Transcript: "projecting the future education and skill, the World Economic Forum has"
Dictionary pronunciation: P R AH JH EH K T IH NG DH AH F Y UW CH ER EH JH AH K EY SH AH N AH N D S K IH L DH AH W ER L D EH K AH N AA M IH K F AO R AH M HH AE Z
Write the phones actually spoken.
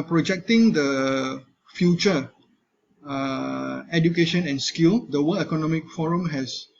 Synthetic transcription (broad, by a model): P R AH JH EH K T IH NG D AH F Y UW CH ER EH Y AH K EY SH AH N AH N S K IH L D AH W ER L EH K AH N AA M IH K F AO R AH M HH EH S